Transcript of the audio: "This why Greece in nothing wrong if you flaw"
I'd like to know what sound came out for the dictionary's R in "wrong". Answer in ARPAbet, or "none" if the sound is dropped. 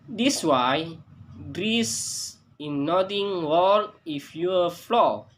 W